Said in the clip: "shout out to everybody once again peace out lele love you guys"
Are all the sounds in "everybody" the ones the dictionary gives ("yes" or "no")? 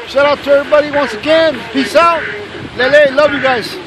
no